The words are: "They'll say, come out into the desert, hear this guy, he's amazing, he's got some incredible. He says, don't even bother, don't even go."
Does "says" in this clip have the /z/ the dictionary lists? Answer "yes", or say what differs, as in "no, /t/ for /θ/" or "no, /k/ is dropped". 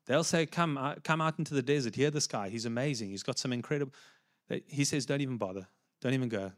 yes